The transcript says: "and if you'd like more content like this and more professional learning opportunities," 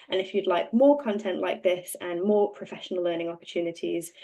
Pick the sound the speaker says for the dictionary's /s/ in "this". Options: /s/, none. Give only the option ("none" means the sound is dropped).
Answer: /s/